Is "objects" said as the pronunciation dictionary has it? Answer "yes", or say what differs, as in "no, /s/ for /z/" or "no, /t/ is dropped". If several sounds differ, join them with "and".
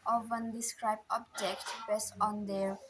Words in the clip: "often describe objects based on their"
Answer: no, /s/ is dropped